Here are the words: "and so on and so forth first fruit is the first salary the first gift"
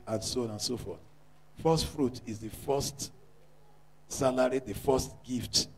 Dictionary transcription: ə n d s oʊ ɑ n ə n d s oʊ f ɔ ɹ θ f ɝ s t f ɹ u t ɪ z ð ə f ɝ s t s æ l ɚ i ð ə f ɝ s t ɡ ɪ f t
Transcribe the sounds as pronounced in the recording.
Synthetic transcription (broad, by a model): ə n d s oʊ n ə n s oʊ f ɔ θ f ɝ s t f ɹ u t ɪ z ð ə f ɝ s t s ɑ l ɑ i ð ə f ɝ s t ɡ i f t